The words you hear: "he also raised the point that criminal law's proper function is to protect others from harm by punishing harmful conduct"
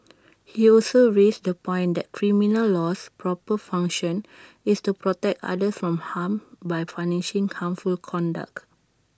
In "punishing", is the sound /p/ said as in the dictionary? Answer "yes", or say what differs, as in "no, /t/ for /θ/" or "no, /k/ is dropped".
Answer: no, /f/ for /p/